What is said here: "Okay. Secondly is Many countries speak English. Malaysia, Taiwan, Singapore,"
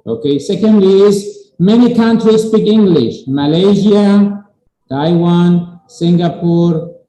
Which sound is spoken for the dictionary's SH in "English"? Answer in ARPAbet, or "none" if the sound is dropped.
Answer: SH